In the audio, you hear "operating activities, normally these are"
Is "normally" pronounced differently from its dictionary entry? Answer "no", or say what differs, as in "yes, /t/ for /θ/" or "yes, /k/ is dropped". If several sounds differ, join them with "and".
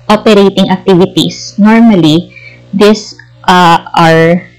no